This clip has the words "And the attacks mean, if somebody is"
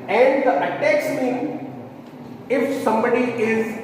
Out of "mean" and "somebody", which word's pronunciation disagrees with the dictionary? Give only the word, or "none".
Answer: mean